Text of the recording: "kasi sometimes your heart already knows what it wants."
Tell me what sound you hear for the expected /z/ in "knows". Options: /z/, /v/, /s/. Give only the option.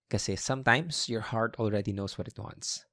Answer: /s/